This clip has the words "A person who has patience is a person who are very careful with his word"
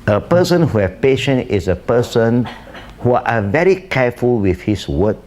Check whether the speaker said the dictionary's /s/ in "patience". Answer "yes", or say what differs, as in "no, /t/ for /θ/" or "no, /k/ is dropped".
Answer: no, /s/ is dropped